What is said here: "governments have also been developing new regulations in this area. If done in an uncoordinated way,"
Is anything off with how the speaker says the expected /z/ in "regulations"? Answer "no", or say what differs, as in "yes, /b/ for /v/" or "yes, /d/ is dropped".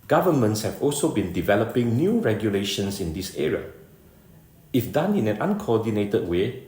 yes, /s/ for /z/